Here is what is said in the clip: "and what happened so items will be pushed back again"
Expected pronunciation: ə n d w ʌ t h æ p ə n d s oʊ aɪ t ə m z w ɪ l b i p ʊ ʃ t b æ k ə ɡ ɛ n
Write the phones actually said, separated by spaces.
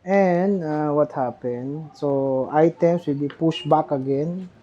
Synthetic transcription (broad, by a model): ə n d w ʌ t h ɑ p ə n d s oʊ aɪ t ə m s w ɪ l b i p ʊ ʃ b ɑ k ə ɡ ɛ n